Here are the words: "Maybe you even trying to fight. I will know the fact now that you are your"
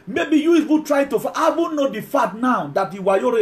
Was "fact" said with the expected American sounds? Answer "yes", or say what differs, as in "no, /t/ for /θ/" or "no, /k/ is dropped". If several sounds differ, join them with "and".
no, /k/ is dropped